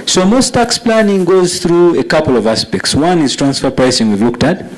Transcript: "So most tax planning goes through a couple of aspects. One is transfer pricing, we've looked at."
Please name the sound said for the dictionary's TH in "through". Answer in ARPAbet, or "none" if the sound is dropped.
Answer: TH